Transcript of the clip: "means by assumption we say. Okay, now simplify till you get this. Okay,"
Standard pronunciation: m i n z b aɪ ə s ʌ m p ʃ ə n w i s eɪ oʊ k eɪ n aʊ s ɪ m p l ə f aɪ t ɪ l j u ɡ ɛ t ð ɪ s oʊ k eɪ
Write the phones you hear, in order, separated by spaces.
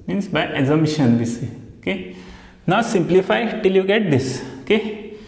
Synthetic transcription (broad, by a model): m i n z b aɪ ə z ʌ m ʃ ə n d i s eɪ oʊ k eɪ n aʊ s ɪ m p l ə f aɪ t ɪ l j u ɡ ɛ t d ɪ s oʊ k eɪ